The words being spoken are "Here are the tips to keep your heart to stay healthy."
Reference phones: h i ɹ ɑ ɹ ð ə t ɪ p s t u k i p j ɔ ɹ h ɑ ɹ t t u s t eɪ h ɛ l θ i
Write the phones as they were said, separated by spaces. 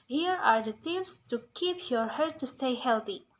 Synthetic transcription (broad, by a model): h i ɹ ɑ ɹ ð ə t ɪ f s t u k i p j ɔ ɹ h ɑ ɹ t t u s t eɪ h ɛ l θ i